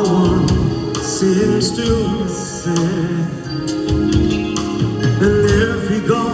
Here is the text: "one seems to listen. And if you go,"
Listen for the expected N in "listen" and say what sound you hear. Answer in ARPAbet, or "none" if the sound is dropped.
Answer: none